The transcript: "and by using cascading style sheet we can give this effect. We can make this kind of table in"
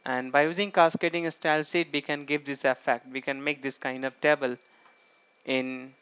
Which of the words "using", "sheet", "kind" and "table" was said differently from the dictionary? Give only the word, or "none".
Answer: sheet